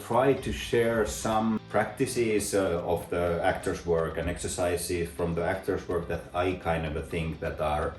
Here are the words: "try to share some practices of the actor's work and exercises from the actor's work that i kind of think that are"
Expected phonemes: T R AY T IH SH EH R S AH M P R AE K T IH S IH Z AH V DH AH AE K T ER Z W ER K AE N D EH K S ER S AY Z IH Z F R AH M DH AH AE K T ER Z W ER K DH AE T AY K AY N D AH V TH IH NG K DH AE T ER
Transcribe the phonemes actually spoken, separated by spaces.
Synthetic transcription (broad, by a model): T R AY T IH SH EH R S AH M P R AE K T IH S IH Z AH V DH AH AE K T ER S W ER K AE N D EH K S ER S AY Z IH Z F R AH M DH AH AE K T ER S W ER K DH AE T AY K AY N D AH V TH IH NG K DH AE T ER